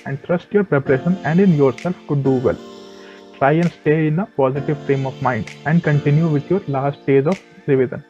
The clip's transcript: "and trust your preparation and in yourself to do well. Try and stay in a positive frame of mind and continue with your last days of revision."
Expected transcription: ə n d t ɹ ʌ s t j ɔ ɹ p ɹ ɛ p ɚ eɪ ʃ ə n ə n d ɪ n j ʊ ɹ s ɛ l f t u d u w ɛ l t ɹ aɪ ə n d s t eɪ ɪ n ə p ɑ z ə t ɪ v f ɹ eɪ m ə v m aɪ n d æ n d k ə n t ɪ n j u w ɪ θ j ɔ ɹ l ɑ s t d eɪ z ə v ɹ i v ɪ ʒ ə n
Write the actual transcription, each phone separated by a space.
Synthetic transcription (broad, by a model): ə n d t ɹ ʌ s t j ɔ ɹ p ɹ ɛ p ɚ eɪ ʃ ə n ə n d ɪ n j ʊ ɹ s ɛ l f t u d u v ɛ l t ɹ aɪ ə n d s t eɪ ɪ n ə p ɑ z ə t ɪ v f ɹ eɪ m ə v m aɪ n d æ n d k ə n t ɪ n j u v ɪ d j ɔ ɹ l ɑ s t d eɪ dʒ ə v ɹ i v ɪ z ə n